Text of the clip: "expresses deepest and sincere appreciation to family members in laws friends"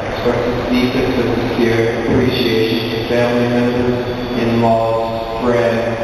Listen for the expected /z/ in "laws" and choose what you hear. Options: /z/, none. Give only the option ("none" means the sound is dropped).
none